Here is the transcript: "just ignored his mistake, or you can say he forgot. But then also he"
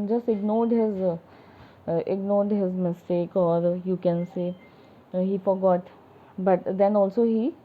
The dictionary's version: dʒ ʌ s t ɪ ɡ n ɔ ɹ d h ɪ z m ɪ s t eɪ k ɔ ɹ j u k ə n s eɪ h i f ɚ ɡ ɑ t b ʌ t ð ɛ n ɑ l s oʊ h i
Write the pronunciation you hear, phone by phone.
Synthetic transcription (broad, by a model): dʒ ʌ s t ɪ ɡ n ɔ ɹ d h ɪ z m ɪ s t eɪ k ɔ ɹ j u k ə n s eɪ h i f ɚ ɡ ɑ t b ʌ t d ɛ n ɑ l s oʊ h i